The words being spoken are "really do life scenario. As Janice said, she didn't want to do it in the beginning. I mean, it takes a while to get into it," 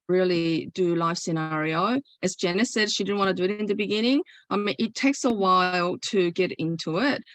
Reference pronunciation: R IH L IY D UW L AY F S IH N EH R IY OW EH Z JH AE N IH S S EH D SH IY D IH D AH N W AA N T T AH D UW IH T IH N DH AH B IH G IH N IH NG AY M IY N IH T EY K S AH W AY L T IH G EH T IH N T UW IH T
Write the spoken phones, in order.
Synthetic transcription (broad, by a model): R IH L IY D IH L AY F S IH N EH R IY OW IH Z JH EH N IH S S EH D SH IY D IH D N W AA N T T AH D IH IH T IH N DH AH B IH G IH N IH NG AY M IH T EY K S AH W AY L T IH G EH T IH N T UW IH T